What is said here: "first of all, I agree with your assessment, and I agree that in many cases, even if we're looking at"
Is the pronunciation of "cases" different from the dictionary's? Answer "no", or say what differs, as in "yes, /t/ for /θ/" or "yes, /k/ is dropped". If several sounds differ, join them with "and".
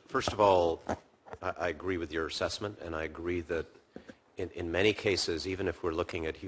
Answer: no